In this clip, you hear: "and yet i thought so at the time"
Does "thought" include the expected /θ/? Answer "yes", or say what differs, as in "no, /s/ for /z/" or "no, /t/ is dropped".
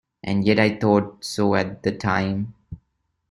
no, /t/ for /θ/